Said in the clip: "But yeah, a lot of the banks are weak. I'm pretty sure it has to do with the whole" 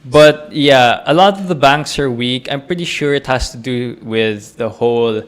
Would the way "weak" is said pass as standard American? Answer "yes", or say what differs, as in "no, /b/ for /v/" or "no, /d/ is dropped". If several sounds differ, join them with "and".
yes